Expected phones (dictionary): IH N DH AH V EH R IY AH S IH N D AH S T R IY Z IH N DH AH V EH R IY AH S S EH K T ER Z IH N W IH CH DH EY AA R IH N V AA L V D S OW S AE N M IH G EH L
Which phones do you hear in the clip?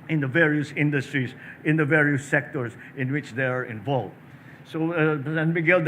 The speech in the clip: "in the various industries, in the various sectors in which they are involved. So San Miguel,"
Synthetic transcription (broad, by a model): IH N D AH V EH R IY AH S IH N D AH S T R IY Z IH N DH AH V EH R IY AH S S EH K T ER S IH N W IH CH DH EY AA R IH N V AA L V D S OW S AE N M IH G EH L